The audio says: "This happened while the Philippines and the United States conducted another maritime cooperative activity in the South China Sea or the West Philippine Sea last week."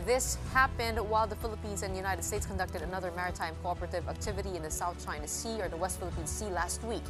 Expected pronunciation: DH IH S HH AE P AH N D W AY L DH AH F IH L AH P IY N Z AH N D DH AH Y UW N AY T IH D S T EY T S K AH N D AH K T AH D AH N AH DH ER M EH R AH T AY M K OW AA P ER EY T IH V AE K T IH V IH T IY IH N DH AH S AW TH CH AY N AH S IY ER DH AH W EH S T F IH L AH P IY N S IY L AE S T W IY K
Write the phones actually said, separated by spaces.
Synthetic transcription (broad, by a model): DH IH S HH AE P AH N D W AY L DH AH F IH L AH P IY N Z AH N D DH AH Y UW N AY T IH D S T EY T S K AH N D AH K T AH D AH N AH DH ER M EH R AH T AY M K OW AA P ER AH T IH V AE K T IH V IH T IY IH N DH AH S AW TH CH AY N AH S IY ER DH AH W EH S T F IH L AH P IY N S IY L AE S T W IY K